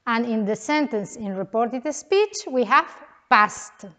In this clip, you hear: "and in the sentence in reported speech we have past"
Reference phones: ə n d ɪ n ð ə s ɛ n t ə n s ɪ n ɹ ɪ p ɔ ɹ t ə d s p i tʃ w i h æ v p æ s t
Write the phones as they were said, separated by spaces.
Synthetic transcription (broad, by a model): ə n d ɪ n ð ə s ɛ n t ə n s ɪ n ɹ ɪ p ɔ ɹ t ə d s p i tʃ w i h æ v p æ s t